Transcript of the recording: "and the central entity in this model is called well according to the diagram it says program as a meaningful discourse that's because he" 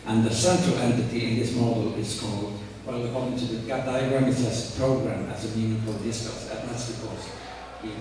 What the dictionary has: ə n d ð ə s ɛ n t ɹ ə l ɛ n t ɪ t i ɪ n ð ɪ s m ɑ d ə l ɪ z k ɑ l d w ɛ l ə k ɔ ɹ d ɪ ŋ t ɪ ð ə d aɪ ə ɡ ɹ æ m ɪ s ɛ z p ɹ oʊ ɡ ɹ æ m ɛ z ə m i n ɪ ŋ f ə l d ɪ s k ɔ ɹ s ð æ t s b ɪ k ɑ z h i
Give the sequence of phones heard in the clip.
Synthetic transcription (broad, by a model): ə n ð ə s ɛ n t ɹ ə l ɛ n t ɪ t i ɪ n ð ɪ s m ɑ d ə l ɪ z k ɑ l d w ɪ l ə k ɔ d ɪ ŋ t ɪ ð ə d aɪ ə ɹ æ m ɪ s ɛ s p ɹ oʊ ɡ ɹ æ m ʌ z ə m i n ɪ f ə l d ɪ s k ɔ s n ð æ t s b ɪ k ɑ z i